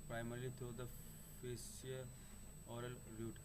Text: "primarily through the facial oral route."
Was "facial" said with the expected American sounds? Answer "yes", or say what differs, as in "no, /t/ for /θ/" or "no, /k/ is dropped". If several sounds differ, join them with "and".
no, /s/ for /ʃ/